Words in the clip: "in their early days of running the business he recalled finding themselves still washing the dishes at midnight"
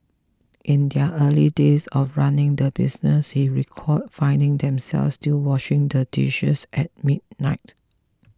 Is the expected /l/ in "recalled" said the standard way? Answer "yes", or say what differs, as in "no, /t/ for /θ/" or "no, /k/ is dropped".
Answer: no, /l/ is dropped